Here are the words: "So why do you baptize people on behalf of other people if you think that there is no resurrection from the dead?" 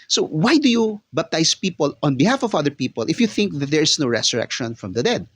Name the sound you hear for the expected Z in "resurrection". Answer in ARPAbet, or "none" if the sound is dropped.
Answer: S